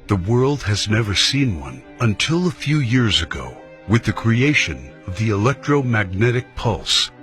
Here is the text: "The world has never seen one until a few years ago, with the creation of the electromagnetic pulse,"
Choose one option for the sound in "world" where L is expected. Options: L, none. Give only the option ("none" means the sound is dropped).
L